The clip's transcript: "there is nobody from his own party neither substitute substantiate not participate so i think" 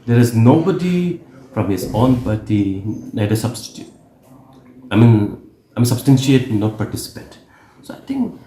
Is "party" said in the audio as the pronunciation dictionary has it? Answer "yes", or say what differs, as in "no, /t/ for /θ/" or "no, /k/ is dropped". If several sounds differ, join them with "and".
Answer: no, /b/ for /p/